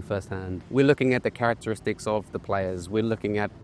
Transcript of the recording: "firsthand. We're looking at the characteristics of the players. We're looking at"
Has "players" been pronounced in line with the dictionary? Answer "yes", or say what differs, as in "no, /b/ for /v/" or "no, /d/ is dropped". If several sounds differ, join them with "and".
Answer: yes